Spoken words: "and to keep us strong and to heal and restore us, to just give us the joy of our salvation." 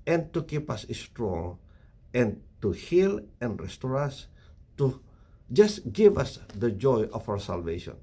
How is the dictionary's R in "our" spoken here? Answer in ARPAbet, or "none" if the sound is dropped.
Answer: W